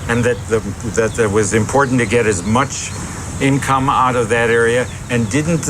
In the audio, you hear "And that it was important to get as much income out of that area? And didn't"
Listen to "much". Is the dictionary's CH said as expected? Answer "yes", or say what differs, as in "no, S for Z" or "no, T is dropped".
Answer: yes